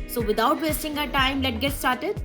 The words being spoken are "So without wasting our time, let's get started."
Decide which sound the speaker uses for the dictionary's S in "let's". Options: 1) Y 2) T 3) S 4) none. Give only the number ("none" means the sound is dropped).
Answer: 4